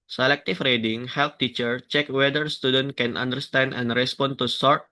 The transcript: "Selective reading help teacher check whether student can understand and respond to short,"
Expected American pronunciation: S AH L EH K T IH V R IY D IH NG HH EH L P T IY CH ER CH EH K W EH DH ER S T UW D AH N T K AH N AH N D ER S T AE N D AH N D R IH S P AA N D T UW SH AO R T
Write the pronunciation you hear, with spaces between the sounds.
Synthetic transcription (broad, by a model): S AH L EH K T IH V R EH D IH NG HH EH L P T IY CH ER CH EH K W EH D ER S T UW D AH N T K AH N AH N D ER S T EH N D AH N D R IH S P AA N T UW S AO R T